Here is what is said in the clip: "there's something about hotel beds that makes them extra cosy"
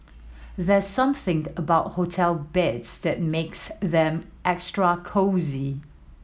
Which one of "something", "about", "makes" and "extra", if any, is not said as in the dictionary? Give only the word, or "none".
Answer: none